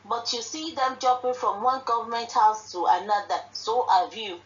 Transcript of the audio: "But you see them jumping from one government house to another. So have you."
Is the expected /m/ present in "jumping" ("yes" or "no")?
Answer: no